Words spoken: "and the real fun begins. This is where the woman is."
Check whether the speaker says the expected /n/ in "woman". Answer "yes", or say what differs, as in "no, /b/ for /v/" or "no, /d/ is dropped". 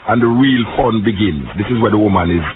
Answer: yes